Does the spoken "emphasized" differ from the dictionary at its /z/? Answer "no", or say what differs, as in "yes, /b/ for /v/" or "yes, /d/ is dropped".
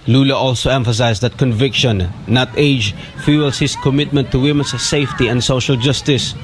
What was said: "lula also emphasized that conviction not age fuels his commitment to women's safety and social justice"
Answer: yes, /s/ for /z/